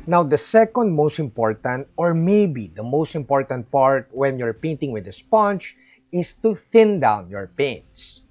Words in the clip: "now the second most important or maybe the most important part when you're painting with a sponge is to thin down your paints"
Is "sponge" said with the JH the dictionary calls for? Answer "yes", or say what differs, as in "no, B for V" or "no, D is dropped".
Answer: no, CH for JH